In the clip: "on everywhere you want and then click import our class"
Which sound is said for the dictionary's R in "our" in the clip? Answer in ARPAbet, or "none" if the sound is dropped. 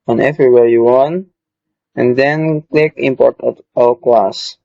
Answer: L